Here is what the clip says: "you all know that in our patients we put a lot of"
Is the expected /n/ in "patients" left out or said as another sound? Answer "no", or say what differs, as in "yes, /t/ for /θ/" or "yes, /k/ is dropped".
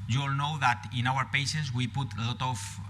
yes, /n/ is dropped